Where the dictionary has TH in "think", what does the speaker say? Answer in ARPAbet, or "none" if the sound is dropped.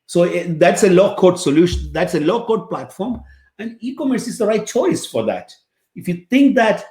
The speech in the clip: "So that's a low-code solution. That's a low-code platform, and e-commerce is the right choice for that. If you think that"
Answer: T